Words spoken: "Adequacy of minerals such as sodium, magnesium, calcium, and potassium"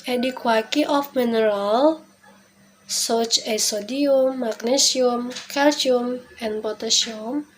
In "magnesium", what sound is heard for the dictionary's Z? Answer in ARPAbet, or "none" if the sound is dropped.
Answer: S